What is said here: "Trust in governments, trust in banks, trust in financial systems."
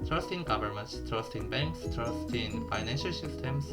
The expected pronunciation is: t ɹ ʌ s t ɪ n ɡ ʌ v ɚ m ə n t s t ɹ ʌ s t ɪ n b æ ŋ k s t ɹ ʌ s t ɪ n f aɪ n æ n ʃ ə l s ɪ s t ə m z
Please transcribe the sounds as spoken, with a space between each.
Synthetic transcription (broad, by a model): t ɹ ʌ s t ɪ n ɡ ʌ v ɚ m ə n t s t ɹ ʌ s t ɪ n b æ ŋ k s t ɹ ʌ s t ɪ n f aɪ n æ n ʃ ə l s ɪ s t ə m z